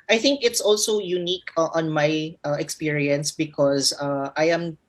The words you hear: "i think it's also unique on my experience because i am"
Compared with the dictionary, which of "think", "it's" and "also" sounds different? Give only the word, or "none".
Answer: none